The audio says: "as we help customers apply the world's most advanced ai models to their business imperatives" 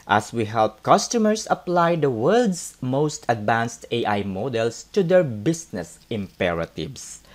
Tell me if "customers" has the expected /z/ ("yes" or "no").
no